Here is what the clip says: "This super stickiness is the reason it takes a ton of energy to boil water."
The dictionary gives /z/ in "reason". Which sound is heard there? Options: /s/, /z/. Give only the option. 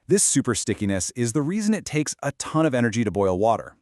/z/